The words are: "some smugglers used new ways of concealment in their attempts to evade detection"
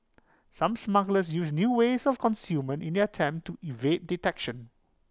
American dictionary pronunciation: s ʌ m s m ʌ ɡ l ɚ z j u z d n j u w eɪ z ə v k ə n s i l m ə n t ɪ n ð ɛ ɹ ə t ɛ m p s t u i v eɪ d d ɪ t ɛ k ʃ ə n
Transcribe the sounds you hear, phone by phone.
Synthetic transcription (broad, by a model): s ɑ m s m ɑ ɡ l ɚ s j u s n j u w eɪ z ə f k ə n s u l m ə n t ɪ n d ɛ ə t ɛ m p t u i v eɪ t d ɪ t ɛ k ʃ ə n